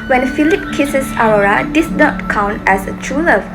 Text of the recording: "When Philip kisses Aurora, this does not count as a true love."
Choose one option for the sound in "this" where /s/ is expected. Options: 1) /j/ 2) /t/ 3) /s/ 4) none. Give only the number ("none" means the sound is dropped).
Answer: 4